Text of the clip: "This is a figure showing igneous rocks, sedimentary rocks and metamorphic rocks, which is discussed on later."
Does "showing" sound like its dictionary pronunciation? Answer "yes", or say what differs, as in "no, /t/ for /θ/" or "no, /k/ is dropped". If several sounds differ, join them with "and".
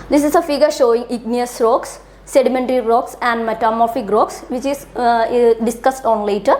yes